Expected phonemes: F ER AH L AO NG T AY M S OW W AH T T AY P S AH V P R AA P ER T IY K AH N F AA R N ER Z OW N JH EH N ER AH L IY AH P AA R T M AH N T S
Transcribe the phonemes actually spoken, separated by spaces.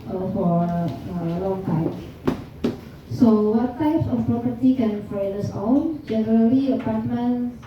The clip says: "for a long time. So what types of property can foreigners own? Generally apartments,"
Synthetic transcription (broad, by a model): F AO AH L AO NG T AY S S OW W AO T T AY P S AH F P R AA P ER T IY K AH N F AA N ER S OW L JH EH N ER AH L IY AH P AA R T M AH N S